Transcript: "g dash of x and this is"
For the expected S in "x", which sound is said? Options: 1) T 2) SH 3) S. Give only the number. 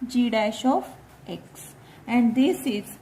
3